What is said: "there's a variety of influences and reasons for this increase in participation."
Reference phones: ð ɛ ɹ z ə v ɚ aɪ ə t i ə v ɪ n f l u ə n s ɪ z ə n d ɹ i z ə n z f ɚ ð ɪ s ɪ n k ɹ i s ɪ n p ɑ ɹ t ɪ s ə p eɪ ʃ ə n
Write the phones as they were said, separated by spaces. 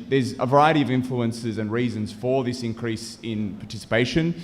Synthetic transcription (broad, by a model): ð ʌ ɹ z ə v ɚ aɪ ə t i ə v ɪ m f l u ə n s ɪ z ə n ɹ i z ə n z f ɚ ð ɪ s ɪ n k ɹ i s ɪ n p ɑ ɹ t ɪ s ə p eɪ ʃ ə n